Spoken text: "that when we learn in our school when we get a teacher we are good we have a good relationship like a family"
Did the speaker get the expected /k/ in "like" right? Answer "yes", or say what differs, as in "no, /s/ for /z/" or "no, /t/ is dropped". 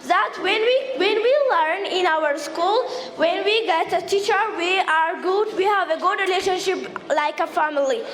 yes